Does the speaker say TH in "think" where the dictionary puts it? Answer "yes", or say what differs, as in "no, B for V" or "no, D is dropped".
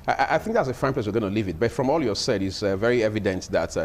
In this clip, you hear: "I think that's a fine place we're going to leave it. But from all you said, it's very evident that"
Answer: yes